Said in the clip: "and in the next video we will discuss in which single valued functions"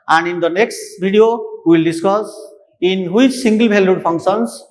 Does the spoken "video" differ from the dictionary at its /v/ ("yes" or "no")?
yes